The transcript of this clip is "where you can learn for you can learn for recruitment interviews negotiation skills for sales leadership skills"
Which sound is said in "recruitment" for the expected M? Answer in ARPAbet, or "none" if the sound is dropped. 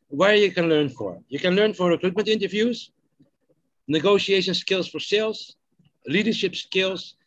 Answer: M